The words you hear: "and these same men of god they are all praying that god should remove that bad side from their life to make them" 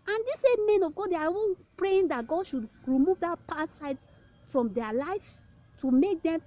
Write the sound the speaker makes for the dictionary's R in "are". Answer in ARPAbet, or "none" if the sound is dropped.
W